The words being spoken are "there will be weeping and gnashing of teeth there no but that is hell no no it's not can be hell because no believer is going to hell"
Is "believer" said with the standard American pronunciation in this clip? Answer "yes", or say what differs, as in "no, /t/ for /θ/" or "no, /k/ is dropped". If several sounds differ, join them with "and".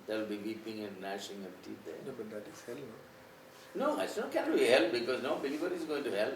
no, /b/ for /v/